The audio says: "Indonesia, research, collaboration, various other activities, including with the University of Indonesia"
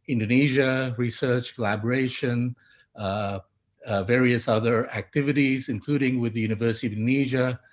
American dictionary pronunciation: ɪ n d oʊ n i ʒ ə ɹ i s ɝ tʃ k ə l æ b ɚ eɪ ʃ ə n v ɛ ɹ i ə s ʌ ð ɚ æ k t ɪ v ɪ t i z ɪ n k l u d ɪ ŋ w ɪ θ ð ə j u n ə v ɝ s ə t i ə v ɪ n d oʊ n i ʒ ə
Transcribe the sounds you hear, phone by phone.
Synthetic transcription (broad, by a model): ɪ n d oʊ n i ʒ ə ɹ i s ɝ tʃ k ə l æ b ɚ eɪ ʃ ə n v ɛ ɹ i ə s ʌ ð ɚ æ k t ɪ v ɪ t i z ɪ n k l u d ɪ ŋ w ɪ ð ə j u n ə v ɝ s ə t i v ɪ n n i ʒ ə